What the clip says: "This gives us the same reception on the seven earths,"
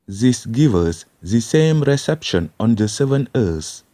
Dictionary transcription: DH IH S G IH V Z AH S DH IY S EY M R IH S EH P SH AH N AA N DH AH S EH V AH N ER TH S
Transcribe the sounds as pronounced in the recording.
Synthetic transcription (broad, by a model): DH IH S G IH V AH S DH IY S EY M R IH S EH P SH AH N AA N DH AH S EH V AH N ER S